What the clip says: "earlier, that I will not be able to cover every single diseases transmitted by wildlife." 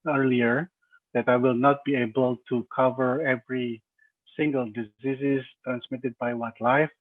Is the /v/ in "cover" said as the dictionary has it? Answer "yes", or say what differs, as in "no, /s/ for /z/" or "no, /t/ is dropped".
yes